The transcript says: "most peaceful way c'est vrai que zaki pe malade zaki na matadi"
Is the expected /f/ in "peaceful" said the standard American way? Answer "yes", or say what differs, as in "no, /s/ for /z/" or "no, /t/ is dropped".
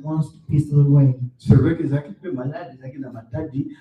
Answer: no, /f/ is dropped